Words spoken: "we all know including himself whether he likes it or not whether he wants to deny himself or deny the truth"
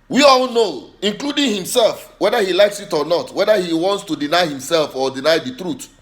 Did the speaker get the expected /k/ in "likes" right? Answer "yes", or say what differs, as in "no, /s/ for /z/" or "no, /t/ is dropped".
yes